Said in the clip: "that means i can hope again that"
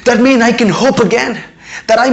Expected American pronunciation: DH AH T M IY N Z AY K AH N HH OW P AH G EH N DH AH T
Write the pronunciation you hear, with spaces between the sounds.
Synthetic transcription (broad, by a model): DH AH T M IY N AY K AH N HH OW P AH G EH N DH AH T